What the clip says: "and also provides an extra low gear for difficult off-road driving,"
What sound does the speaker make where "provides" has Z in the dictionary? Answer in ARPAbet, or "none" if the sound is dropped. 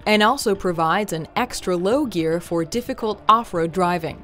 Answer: Z